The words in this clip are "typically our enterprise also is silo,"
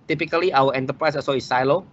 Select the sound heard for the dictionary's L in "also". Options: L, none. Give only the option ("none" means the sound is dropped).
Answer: none